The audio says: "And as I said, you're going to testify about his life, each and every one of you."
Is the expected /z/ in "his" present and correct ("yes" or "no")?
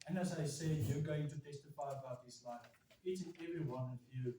no